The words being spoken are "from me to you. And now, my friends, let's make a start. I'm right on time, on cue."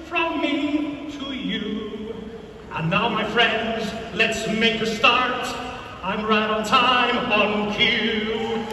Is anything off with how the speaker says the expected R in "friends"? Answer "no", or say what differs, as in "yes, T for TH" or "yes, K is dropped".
no